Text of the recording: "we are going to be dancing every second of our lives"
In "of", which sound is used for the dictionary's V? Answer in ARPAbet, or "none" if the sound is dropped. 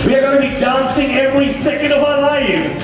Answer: V